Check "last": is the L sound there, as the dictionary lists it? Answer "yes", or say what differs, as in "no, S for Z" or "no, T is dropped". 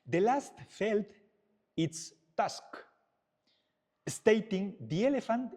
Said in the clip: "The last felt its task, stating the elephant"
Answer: yes